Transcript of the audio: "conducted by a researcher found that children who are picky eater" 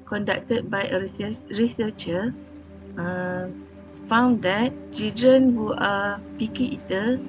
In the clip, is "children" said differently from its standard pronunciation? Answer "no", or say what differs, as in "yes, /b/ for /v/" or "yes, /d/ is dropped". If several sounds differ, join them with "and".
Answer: yes, /l/ is dropped